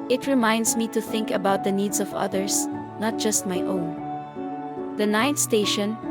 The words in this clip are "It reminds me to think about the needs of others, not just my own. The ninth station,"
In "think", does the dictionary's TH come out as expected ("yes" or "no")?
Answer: yes